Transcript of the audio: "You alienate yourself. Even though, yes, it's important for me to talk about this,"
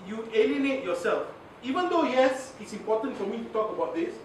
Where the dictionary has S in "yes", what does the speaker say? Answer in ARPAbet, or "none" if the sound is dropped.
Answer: S